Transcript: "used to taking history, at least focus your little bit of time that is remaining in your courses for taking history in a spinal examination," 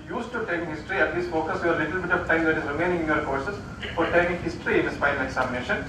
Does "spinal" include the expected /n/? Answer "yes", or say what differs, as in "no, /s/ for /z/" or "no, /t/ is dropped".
no, /n/ is dropped